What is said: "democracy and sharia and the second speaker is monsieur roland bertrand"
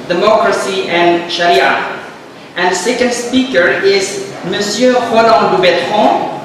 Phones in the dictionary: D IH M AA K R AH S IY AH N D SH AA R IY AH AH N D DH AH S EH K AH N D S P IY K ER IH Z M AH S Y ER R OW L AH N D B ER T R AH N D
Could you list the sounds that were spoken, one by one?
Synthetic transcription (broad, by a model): D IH M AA K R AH S IY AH N SH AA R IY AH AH N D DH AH S EH K AH N D S P IY K ER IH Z M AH S Y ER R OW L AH D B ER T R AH